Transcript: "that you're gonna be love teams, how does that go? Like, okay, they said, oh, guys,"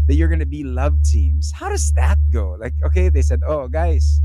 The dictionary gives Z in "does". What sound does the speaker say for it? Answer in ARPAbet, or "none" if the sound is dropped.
Z